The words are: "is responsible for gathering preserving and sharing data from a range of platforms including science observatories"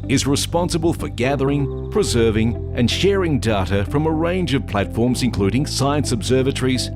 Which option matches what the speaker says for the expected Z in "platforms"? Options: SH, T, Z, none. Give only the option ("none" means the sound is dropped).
Z